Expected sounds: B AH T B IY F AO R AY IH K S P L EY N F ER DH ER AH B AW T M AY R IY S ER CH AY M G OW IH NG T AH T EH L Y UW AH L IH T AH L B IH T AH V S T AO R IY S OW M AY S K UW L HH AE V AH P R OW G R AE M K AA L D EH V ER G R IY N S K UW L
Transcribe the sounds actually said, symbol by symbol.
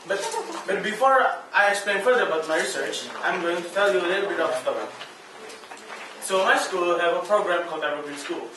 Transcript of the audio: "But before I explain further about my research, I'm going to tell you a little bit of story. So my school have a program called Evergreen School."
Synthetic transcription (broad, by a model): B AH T B IY F AO R AY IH K S P L EY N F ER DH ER AH B AW T M AY R IY S ER CH AY M G OW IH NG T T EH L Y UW AH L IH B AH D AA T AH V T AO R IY S OW M AY S K UW L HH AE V AH P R OW G R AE M K AA L D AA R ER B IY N S K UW L